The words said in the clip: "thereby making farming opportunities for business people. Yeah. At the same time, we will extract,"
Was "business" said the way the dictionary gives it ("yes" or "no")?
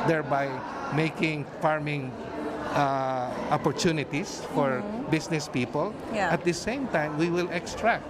no